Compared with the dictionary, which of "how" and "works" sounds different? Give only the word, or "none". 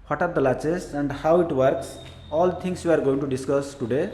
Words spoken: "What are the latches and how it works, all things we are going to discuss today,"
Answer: none